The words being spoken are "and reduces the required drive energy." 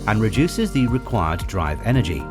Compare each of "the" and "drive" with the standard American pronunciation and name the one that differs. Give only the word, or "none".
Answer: none